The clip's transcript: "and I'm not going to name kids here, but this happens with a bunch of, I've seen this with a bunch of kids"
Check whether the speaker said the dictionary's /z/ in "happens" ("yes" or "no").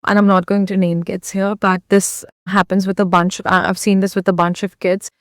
yes